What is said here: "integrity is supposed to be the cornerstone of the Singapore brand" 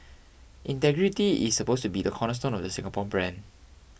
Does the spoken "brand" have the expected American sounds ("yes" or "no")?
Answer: no